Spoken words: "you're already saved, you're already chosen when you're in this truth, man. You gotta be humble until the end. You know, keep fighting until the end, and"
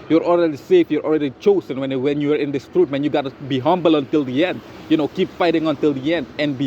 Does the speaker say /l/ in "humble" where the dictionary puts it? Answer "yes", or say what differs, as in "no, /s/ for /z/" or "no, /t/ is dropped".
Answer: yes